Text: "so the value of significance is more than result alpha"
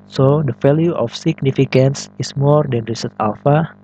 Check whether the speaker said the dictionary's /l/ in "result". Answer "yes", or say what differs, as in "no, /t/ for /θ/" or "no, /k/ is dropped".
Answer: no, /l/ is dropped